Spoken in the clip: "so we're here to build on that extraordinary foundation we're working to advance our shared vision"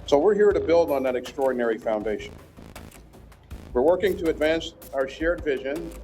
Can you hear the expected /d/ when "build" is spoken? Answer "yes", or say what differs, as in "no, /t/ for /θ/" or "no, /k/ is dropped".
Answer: yes